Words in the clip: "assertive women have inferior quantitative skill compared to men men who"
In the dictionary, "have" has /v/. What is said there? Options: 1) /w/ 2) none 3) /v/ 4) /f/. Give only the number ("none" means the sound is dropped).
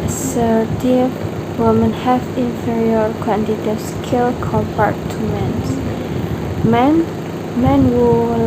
4